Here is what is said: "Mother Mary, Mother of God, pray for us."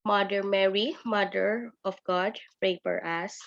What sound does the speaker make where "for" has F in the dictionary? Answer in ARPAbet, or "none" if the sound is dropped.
P